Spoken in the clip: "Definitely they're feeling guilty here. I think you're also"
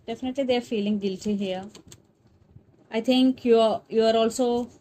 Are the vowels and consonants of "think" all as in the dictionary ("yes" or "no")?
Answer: no